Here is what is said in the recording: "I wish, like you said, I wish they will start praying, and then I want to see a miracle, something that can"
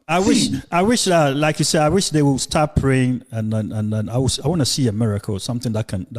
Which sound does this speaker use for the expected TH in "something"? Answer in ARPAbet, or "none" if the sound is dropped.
TH